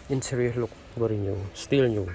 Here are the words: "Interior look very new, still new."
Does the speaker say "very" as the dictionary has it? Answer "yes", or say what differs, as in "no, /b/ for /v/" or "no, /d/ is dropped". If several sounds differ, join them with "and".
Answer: no, /b/ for /v/